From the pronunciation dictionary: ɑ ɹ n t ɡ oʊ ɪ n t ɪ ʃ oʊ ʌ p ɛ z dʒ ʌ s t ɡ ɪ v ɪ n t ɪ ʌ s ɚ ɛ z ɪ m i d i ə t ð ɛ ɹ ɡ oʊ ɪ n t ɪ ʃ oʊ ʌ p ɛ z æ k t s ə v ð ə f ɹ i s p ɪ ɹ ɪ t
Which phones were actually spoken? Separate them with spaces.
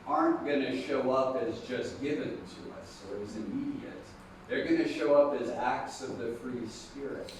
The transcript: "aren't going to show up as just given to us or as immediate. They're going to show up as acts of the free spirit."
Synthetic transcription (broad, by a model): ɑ ɹ n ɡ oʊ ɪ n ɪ ʃ oʊ ʌ p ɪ z dʒ ʌ s t ɡ ɪ v ɪ n t ɪ ʌ s ɚ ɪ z ɪ m i d i ə t ð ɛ ɹ ɡ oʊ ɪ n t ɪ ʃ oʊ ʌ p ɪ z æ k t s ə v ð ə f ɹ i s p ɪ ɹ ɪ t